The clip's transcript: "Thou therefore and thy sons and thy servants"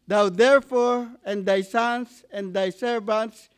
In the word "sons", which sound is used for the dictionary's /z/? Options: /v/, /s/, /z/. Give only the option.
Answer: /s/